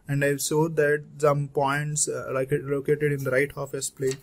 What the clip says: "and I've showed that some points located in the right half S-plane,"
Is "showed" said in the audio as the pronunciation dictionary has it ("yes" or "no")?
no